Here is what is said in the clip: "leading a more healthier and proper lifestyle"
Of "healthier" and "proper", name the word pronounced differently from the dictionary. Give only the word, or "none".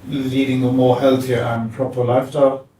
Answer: none